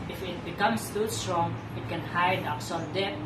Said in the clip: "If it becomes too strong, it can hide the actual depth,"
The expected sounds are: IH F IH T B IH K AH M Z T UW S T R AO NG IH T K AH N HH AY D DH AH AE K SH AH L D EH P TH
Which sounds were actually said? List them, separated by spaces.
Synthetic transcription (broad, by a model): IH F IH T B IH K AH M S T UW S T R AO NG IH T K AH N HH AY D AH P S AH N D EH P